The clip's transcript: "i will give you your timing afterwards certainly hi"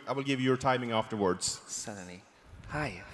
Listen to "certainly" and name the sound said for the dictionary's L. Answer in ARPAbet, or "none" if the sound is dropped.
none